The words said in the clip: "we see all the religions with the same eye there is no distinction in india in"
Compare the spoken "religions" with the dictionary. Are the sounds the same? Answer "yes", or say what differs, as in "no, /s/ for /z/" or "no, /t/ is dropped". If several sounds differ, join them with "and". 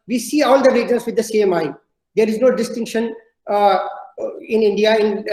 no, /dʒ/ is dropped